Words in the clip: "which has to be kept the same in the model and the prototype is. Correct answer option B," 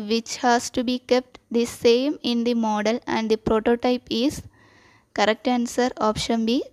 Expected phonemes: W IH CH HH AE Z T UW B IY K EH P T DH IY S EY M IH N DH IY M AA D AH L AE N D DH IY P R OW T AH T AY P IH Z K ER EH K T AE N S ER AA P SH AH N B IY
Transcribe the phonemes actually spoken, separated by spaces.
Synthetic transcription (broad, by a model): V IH CH HH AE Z T UW B IY K EH P T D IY S EY M IH N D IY M AA D AH L AE N D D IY P R OW T AH T AY P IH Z K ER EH K T AE N S ER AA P SH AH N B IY